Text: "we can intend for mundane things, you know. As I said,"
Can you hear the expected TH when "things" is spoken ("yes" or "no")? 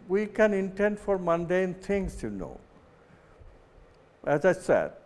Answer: no